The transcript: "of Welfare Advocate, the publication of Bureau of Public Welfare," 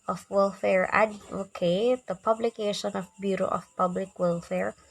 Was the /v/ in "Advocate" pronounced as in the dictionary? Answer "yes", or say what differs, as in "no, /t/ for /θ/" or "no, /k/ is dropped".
no, /v/ is dropped